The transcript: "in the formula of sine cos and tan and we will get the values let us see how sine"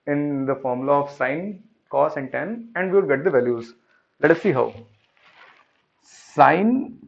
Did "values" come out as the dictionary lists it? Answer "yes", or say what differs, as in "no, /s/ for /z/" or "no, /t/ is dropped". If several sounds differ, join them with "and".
yes